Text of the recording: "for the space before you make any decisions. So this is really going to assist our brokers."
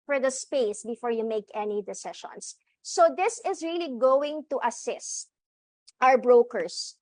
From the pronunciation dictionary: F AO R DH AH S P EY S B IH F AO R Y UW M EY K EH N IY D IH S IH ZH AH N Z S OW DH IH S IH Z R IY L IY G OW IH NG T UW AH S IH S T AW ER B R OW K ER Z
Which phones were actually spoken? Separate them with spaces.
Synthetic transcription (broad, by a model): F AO R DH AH S P EY S B IH F AO R Y UW M EY K EH N IY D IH S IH SH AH N S OW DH IH S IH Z R IY L IY G OW IH NG T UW AH S IH S T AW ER B R OW K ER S